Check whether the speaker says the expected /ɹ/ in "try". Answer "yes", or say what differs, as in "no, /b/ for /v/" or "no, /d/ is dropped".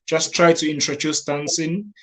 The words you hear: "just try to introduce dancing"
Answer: yes